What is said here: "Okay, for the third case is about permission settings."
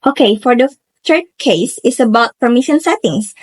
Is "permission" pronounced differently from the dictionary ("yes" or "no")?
no